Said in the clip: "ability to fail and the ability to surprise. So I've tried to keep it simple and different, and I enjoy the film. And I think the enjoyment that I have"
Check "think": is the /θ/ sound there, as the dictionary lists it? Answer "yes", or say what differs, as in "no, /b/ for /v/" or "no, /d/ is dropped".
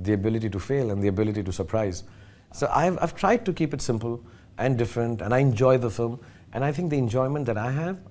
no, /t/ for /θ/